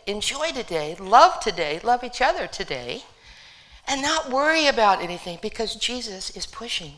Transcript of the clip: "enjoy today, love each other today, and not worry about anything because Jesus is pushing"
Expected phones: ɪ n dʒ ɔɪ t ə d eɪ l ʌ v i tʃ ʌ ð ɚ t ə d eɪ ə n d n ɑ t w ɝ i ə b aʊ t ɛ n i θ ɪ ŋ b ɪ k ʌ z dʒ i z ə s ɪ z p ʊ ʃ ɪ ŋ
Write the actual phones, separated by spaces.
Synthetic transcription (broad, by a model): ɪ n dʒ ɔɪ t ə d eɪ l ʌ v i tʃ ʌ ð ɚ t ə d eɪ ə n n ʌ t w ɝ i ə b aʊ t ɛ n i θ ɪ ŋ b ɪ k ʌ z dʒ i z ə s ɪ z p ʊ ʃ ɪ ŋ